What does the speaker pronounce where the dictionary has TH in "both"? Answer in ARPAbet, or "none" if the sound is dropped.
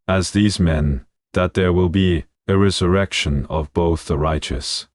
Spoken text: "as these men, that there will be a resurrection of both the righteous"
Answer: TH